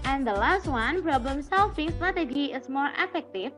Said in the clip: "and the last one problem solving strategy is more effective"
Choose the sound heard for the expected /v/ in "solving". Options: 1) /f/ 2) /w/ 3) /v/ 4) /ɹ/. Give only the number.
1